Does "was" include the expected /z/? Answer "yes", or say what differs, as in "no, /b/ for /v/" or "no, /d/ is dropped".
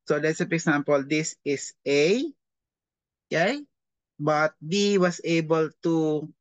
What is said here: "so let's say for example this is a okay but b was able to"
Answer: no, /s/ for /z/